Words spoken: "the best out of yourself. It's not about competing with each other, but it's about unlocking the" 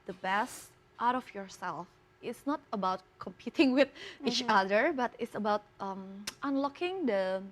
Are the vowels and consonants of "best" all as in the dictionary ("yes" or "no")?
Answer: yes